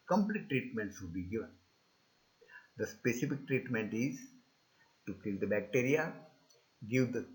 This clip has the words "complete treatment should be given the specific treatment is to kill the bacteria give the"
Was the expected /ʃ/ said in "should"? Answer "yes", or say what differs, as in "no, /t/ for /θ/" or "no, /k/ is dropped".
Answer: no, /s/ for /ʃ/